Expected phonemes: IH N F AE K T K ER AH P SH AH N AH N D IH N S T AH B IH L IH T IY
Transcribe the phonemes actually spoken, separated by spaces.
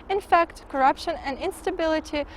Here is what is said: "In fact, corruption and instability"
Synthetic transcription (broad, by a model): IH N F AE K T K ER AH P SH AH N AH N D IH N S T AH B IH L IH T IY